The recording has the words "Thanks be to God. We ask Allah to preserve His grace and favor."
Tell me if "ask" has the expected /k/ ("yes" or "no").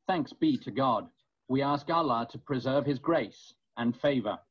yes